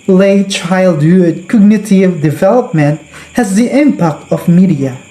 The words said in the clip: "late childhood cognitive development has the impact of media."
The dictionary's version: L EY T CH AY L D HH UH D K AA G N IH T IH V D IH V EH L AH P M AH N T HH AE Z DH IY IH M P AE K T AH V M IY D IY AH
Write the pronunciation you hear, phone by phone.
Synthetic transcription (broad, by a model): L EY CH AY L D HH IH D K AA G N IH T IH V D IH V EH L AH P M AH N T HH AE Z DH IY IH M P AE K T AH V M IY D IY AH